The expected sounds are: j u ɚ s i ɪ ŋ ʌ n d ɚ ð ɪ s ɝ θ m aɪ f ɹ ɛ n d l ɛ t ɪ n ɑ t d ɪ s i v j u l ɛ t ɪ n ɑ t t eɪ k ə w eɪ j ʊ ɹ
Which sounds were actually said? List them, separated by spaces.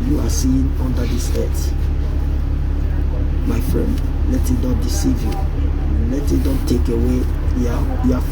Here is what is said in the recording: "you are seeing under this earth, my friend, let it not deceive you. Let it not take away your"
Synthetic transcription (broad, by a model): j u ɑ s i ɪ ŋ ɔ n d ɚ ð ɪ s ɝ t m aɪ f ɹ ɛ n d l ɛ t ɪ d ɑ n d ɪ s i v j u l ɛ t ɪ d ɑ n t eɪ k ə w eɪ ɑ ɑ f